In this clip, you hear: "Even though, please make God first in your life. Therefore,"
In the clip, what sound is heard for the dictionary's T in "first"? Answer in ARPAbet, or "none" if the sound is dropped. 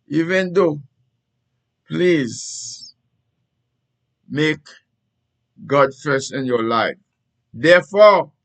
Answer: none